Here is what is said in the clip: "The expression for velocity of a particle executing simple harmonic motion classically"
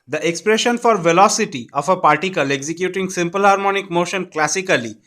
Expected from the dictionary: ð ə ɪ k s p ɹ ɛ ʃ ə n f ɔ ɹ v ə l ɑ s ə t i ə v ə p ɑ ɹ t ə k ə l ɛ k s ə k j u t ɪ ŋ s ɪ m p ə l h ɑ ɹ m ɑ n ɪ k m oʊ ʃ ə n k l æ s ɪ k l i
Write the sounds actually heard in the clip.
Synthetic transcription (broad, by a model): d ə ɪ k s p ɹ ɛ ʃ ə n f ɔ ɹ v ə l ɑ s ə t i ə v ə p ɑ ɹ t ə k ə l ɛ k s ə k j u t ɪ ŋ s ɪ m p ə l h ɑ ɹ m ɑ n ɪ k m oʊ ʃ ə n k l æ s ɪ k l i